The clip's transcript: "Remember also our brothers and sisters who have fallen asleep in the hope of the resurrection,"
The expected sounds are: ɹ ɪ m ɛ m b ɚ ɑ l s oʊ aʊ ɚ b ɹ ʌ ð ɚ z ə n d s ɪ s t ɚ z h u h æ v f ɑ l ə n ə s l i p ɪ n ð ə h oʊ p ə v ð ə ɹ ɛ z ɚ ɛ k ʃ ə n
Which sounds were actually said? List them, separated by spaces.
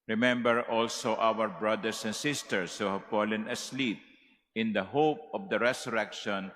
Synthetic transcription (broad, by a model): ɹ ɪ m ɛ m b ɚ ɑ l s oʊ aʊ ɚ b ɹ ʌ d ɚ s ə n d s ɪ s t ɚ s h u h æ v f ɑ l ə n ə s l i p ɪ n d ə h oʊ p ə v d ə ɹ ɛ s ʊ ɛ k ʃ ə n